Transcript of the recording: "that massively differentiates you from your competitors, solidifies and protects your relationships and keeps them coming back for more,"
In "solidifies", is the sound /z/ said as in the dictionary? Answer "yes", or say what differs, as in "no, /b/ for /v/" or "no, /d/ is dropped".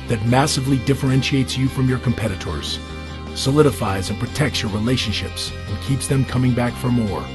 yes